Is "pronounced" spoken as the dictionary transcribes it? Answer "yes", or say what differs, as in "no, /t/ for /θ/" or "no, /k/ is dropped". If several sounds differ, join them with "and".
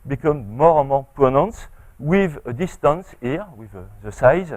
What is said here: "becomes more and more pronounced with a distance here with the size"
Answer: no, /ɹ/ is dropped